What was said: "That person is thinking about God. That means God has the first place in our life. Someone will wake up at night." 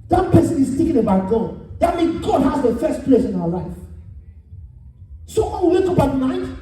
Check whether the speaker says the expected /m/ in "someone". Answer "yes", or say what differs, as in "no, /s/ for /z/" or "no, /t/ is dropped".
no, /m/ is dropped